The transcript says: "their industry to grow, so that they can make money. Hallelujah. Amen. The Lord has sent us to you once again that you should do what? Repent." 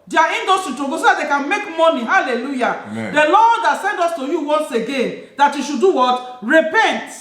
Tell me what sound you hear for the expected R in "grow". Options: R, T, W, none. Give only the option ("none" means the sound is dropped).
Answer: none